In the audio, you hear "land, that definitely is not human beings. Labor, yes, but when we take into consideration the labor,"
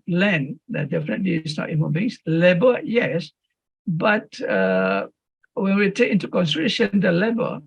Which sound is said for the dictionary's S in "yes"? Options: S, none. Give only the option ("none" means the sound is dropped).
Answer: S